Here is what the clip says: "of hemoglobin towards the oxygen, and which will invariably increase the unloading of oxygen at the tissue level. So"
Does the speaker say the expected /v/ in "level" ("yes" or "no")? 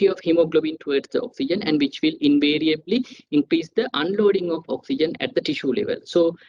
yes